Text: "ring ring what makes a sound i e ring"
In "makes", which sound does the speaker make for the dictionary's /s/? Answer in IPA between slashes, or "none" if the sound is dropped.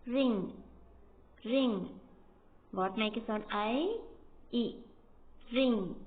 none